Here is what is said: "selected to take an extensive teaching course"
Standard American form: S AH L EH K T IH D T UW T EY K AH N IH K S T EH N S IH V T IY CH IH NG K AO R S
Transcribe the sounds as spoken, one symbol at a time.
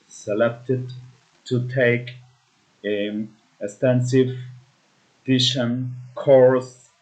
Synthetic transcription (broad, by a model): S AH L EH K T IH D T UW T EY AH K IH K S T EH N S IH V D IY SH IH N K AO R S